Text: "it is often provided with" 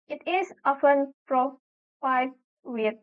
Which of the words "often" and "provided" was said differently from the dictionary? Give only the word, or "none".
provided